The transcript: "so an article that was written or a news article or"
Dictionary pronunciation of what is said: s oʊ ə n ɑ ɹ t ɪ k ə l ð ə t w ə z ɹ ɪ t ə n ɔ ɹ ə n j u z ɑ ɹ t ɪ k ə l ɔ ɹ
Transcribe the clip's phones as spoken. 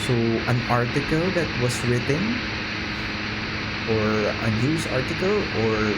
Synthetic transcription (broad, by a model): s oʊ ə n ɑ ɹ t ɪ k ə l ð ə t w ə s ɹ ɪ t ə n ɔ ɹ ə n j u s ɑ ɹ t ɪ k ə l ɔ ɹ